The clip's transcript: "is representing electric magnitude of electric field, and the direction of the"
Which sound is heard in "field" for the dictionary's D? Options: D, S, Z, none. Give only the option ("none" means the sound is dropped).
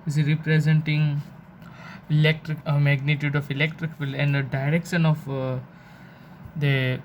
none